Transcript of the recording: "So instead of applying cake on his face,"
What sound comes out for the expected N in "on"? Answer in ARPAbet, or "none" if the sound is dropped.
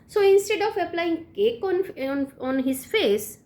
N